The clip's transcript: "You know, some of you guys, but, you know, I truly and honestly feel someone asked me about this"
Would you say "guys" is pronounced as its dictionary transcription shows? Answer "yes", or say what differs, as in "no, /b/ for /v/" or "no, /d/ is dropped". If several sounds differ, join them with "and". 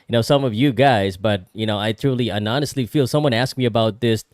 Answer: yes